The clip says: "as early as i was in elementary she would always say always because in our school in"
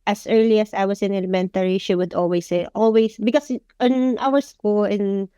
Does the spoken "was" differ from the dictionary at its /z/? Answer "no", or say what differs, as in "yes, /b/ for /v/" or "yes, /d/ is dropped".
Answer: yes, /s/ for /z/